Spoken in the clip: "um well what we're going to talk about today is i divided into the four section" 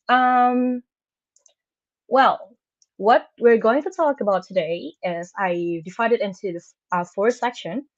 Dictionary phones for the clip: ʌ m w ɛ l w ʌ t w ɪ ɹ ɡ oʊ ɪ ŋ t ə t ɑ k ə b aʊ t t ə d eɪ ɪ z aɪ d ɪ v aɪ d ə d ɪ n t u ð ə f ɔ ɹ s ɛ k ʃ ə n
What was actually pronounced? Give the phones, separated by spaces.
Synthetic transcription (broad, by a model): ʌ m w ɛ l w ʌ t w ɪ ɹ ɡ oʊ ɪ ŋ t ə t ɑ k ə b aʊ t t ə d eɪ ɪ z aɪ d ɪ f aɪ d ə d ɪ n t u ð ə f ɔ ɹ s ɛ k ʃ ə n